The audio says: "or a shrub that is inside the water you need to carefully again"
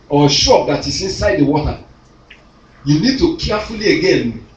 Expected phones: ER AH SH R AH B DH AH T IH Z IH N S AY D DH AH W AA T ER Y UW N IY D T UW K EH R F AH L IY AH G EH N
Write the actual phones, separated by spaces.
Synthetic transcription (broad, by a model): AH SH AO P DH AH T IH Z IH N S AY D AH W AA T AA Y UW N IY D T UW K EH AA F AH L IY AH G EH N